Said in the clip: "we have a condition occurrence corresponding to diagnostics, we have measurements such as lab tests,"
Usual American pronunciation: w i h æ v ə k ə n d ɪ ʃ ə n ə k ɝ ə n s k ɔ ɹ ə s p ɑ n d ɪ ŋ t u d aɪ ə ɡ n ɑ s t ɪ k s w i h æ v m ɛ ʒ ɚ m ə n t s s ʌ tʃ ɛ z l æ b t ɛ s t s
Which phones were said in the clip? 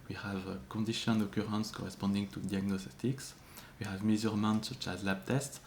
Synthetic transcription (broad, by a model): w i h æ v k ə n d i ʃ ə n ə k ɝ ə n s k ɔ ɹ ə s p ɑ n d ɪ ŋ t u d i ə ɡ n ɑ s t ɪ k s w i h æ v m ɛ z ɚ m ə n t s s ʌ tʃ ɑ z l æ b t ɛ s t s